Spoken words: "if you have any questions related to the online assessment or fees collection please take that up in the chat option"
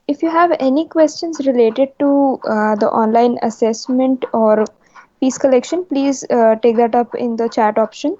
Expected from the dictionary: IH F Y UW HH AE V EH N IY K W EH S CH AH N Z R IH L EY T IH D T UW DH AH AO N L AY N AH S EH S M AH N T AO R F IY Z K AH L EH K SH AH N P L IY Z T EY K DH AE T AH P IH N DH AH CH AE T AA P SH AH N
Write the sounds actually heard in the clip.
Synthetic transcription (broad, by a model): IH F Y UW HH AE V EH N IY K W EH S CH AH N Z R IH L EY T IH D T UW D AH AO N L AY N AH S EH S M AH N T AO R P IY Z K AH L EH K SH AH N P L IY Z T EY K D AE T AH P IH N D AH CH AE T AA P SH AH N